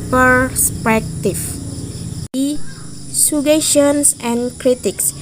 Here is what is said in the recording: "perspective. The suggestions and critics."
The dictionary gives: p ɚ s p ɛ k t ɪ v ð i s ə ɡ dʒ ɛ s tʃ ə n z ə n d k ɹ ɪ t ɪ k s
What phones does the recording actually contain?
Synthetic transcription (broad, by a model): p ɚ s p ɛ k t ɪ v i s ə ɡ ɛ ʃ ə n s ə n k ɹ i t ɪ k s